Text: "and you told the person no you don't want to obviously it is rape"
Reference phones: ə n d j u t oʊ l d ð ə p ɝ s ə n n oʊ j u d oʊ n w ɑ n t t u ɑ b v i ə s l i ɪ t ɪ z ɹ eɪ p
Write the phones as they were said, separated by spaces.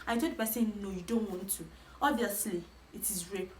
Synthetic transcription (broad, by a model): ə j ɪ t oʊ d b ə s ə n n oʊ j u d oʊ n w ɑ n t t u ɑ b v i ə s l i ɪ t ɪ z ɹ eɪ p